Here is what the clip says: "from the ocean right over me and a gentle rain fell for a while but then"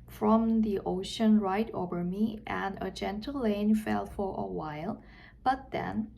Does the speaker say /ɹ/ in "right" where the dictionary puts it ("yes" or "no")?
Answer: yes